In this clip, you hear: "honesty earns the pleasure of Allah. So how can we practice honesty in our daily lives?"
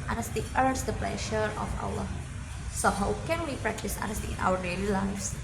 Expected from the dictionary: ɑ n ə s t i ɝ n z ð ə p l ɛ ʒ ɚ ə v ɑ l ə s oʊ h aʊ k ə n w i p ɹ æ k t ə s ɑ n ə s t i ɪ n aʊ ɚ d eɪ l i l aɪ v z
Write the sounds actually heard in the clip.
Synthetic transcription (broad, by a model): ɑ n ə s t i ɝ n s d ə p l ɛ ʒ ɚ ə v ɑ w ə s oʊ h aʊ k ə n w i p ɹ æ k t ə s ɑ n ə s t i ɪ n aʊ ɚ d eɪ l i l aɪ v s